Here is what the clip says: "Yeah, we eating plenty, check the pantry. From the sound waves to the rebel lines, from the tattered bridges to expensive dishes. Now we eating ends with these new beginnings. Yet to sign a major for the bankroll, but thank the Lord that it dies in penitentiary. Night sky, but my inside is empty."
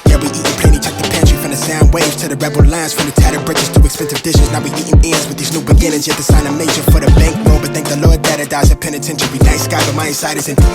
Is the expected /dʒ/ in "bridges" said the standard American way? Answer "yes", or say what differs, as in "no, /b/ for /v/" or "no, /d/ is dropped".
no, /tʃ/ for /dʒ/